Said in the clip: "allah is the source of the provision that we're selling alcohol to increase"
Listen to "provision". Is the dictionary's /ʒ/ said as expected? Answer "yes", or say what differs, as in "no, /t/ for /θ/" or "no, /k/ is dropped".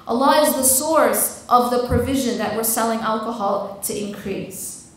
yes